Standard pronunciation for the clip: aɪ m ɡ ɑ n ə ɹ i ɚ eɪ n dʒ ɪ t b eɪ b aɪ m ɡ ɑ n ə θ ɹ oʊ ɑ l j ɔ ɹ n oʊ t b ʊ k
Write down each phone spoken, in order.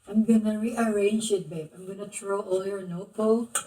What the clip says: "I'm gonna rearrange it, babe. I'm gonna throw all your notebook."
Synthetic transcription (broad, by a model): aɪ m ɡ ɑ n ə ɹ i ɚ eɪ n dʒ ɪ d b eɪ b aɪ m ɡ ɑ n ə t ɹ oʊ ɑ l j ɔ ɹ n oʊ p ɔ